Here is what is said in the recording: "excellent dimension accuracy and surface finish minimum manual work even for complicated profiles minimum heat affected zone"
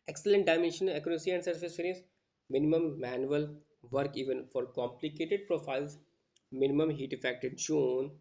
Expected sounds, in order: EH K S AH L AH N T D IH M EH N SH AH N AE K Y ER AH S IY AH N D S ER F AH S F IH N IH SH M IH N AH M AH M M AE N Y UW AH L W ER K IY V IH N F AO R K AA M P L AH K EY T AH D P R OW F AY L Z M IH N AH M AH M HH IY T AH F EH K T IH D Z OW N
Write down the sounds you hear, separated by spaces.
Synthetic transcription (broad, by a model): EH K S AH L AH N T D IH M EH N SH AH N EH K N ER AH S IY AH N D S ER F AH S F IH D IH S M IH N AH M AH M M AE N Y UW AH L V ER K IY V IH N F AO R K AA M P L AH K EY T AH D P R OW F AY L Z M IH N AH M AH M HH IY T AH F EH K T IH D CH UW N